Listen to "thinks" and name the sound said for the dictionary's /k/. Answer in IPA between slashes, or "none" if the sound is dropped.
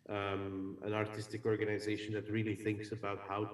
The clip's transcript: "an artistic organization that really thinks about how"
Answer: /k/